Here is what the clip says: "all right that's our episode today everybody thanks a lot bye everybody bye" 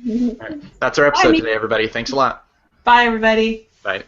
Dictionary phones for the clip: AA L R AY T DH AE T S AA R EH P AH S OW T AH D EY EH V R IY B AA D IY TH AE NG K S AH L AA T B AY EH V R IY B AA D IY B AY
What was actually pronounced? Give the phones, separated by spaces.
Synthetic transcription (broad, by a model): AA R AY T DH AE T S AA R EH P AH S OW T AH D EY EH V R IY B AA D IY TH AE NG K S AH L AA T B AY EH V R IY B AA D IY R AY